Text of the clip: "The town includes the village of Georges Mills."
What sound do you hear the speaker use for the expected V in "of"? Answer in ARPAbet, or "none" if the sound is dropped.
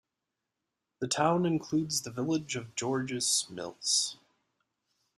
V